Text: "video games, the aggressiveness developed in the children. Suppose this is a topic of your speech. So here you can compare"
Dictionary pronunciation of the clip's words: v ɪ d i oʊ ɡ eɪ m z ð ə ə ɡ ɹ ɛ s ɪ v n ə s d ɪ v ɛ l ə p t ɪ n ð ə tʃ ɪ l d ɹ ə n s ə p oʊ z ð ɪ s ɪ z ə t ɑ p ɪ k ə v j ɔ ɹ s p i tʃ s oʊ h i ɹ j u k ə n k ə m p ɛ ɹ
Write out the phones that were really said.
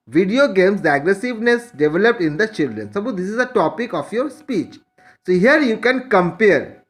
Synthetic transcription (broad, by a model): v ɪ d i oʊ ɡ eɪ m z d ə ɡ ɹ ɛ s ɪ v n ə s d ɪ v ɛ l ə p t ɪ n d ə tʃ ɪ l d ɹ ə n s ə b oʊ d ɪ s ɪ z ə t ɑ p ɪ k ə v j ɔ ɹ s p i tʃ s oʊ h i ɹ j u k ə n k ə m p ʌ ɹ